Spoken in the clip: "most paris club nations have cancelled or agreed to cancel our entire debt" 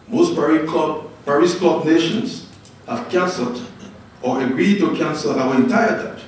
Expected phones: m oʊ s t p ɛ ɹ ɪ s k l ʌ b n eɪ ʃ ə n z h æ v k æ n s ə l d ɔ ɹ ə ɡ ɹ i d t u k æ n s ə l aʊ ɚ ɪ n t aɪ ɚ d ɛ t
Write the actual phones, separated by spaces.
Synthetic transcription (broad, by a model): m oʊ s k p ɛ ɹ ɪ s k ɔ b n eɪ ʃ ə n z h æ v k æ n s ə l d ɔ ɹ ə ɡ ɹ i d t u k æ n s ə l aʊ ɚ ɪ n t aɪ ɚ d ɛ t